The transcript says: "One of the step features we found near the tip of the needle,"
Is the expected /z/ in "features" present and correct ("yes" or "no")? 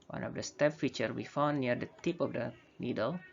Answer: no